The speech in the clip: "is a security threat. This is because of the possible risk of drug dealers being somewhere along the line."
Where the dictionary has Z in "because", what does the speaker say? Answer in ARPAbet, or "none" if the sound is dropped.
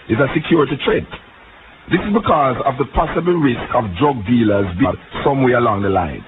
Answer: Z